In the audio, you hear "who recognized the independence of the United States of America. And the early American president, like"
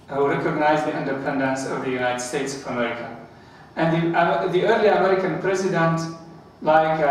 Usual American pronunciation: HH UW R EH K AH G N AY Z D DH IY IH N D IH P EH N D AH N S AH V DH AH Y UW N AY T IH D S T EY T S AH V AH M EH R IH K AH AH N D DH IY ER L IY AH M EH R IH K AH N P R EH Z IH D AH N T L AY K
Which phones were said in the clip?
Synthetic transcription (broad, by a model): HH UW R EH K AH G N AY Z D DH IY IH N D IH P EH N D AH N S AH V DH AH Y UW N AY T IH D S T EY T S AH V AH M EH R IH K AH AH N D DH IY ER L IY AH M EH R IH K AH N P R EH Z IH D AH N T L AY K